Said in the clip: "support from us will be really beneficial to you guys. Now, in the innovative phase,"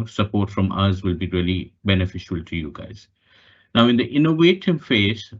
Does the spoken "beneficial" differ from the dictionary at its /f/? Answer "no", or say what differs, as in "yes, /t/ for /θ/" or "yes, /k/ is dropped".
no